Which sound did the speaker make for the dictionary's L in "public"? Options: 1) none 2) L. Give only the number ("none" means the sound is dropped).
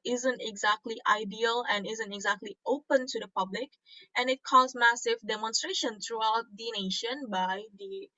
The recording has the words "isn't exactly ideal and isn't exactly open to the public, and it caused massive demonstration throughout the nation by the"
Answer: 2